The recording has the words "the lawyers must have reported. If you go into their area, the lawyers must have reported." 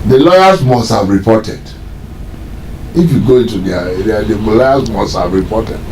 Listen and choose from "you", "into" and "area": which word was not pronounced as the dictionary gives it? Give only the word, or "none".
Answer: area